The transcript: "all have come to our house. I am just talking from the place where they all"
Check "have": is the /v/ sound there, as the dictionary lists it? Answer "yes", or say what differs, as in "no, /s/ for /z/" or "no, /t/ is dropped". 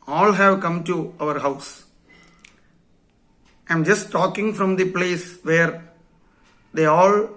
yes